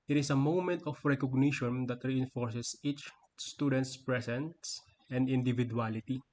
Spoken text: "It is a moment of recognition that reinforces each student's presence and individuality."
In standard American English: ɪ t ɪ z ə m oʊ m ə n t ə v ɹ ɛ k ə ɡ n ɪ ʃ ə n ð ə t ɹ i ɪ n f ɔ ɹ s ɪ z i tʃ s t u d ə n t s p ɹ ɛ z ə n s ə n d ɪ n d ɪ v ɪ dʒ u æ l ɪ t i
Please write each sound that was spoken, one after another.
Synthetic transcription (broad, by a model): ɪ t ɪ s ə m oʊ m ə n t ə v ɹ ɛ k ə ɡ n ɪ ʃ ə n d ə t ɹ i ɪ n f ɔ ɹ s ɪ s i tʃ s t u d ə n t s p ɹ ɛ s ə n s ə n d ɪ n d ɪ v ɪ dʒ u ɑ l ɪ t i